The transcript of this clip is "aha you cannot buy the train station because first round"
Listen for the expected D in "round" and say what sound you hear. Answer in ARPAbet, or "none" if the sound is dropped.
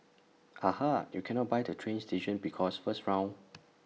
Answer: none